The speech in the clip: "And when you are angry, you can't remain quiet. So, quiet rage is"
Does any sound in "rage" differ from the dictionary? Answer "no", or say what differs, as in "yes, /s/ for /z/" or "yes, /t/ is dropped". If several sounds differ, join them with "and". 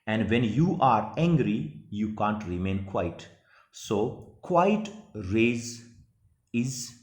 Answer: yes, /z/ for /dʒ/